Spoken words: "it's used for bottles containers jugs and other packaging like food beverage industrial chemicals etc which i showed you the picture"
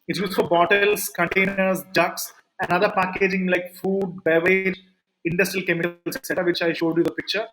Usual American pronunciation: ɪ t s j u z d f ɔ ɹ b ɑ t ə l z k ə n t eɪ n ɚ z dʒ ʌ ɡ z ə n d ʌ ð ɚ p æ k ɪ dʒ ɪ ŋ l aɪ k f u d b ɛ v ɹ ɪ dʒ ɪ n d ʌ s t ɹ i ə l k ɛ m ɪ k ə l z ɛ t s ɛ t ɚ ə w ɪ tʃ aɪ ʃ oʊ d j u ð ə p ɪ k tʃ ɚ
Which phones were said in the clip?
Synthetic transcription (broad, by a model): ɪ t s j u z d f ɔ ɹ b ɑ t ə l s k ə n t eɪ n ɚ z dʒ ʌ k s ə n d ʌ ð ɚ p æ k ɪ dʒ ɪ ŋ l aɪ k f u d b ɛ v ɪ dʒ ɪ n d ʌ s t ɹ i ə l k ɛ m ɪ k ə l s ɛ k s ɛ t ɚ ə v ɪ tʃ aɪ ʃ oʊ d j u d ə p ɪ k tʃ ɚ